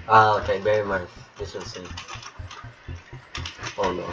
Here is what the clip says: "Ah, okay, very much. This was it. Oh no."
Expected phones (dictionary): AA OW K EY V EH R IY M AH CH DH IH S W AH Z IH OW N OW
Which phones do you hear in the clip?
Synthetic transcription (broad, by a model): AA OW K EY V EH R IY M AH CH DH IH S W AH S IH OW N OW